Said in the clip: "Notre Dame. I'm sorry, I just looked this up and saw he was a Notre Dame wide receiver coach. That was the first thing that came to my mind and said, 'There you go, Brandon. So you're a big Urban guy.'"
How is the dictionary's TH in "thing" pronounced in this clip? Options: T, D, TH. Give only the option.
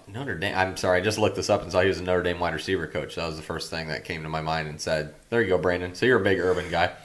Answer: TH